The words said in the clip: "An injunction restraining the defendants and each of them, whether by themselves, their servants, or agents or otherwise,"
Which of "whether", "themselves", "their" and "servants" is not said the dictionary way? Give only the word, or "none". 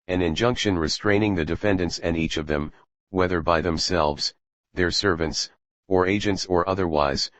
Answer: none